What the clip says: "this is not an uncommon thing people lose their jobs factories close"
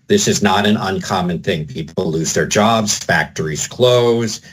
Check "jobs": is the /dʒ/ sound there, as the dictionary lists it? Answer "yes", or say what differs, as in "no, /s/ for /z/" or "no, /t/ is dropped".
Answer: yes